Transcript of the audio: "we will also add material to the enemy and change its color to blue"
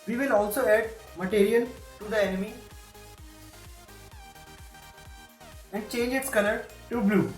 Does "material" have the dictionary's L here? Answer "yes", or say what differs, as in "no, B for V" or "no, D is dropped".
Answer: no, N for L